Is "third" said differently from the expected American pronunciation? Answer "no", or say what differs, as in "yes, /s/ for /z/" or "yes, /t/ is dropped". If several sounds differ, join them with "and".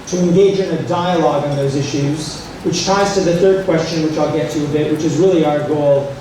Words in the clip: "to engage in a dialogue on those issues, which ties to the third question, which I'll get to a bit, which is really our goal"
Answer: no